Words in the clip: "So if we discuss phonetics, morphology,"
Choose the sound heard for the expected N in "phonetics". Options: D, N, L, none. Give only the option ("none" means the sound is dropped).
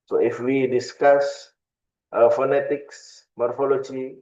N